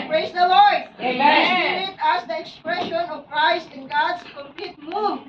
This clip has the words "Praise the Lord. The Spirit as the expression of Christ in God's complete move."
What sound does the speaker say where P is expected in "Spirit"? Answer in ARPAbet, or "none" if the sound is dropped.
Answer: none